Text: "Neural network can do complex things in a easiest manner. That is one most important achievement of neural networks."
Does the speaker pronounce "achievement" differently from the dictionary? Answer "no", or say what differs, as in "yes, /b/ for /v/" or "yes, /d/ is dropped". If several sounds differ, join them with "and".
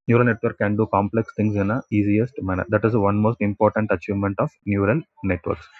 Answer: no